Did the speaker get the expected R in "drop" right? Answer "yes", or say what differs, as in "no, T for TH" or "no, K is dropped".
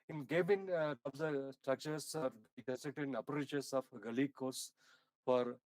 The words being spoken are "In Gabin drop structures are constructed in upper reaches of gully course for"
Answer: no, R is dropped